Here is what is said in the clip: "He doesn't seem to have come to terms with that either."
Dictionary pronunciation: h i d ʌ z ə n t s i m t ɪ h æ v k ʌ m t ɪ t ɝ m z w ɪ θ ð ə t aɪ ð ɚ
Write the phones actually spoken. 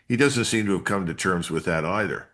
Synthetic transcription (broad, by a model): h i d ʌ z ə n t s i m t ɪ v k ʌ m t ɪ t ɝ m z w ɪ ð ə t aɪ ð ɚ